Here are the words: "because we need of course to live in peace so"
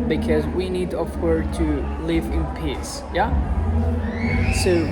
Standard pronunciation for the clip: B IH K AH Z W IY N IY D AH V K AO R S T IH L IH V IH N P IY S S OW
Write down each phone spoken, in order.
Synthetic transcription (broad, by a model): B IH K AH Z W IY N IY D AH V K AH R T IH L IH V IH N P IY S S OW